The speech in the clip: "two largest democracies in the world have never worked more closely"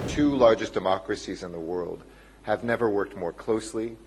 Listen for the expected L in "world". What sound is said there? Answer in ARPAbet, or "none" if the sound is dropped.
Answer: L